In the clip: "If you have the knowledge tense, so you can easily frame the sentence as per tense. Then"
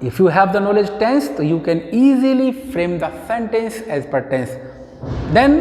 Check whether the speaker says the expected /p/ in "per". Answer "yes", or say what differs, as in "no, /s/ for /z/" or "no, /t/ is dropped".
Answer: yes